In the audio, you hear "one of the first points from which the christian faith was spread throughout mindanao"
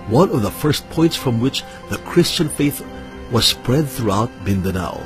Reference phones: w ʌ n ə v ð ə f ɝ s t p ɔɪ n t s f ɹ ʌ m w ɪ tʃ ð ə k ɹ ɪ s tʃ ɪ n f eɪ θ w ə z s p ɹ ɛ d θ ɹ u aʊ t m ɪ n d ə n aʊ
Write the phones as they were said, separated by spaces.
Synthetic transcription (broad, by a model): w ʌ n ə v ð ə f ɝ s t p ɔɪ n t s f ɹ ʌ m w ɪ tʃ ð ə k ɹ ɪ s tʃ ɪ n f eɪ θ w ə z s p ɹ ɛ d θ ɹ u aʊ t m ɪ n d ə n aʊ